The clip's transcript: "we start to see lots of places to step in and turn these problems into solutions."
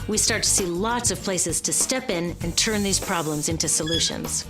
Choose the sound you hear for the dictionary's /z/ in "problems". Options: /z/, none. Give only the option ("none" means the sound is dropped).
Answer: /z/